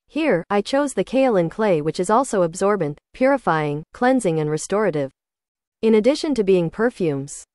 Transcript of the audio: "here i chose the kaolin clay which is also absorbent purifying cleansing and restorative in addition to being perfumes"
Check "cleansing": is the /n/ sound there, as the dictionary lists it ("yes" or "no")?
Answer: yes